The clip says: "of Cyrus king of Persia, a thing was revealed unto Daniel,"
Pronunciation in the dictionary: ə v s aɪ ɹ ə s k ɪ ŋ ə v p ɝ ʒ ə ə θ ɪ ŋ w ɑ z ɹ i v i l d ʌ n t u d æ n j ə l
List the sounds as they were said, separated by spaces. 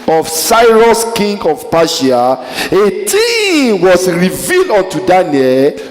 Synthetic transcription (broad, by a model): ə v s aɪ ɹ ə s k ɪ ŋ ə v p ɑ ʃ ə ə t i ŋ w ɑ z ɹ i v i l d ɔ n t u d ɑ n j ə l